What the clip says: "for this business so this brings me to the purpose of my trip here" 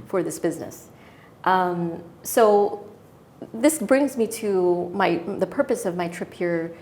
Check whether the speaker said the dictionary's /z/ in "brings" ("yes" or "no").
yes